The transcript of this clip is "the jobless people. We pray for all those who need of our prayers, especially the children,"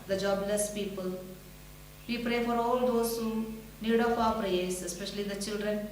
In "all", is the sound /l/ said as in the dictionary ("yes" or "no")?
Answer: yes